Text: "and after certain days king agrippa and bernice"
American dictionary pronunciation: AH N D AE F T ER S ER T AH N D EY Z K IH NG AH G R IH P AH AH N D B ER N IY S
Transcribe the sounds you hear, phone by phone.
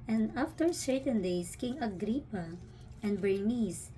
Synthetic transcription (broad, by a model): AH N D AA F T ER S ER T AH N D EY S K IH NG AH G R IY P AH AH N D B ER N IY S